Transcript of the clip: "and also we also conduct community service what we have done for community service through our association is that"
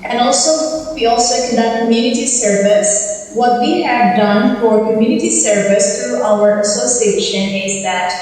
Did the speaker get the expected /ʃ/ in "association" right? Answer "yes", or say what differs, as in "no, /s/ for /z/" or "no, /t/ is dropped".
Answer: yes